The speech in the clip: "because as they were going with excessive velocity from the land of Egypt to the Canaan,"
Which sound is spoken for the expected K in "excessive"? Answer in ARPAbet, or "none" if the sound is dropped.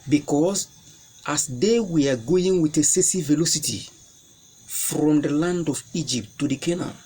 none